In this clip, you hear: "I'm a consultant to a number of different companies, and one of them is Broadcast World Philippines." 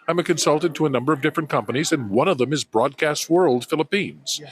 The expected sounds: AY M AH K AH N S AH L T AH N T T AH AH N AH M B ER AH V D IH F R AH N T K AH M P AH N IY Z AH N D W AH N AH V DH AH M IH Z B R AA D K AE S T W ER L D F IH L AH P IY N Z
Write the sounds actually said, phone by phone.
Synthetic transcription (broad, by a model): AY M AH K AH N S AH L T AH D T T AH AH N AH M B ER AH V D IH F R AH N K AH M P AH N IY Z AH N W AH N AH V DH AH M IH Z B R AA D K AE S T W ER L D F IH L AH P IY N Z